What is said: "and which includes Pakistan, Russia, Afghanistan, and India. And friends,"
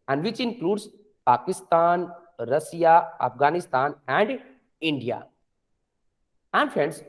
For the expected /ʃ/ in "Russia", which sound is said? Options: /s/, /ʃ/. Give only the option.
/s/